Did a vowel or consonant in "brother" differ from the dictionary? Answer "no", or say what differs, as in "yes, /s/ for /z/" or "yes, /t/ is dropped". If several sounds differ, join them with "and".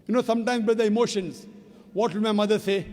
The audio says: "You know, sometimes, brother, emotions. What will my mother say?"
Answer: yes, /ɹ/ is dropped